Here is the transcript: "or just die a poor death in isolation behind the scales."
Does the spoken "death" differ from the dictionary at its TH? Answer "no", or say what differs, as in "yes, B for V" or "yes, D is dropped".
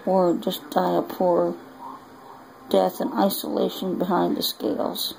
no